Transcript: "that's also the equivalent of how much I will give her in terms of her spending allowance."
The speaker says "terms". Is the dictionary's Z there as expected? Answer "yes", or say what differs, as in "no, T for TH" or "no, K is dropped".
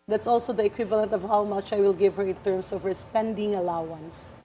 no, S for Z